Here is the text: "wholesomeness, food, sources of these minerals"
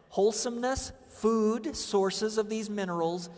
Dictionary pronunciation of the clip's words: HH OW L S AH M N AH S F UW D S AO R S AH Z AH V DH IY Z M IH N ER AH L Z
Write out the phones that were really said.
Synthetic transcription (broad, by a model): HH OW L S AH M N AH S F UW D S AO R S AH Z AH V DH IY Z M IH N ER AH L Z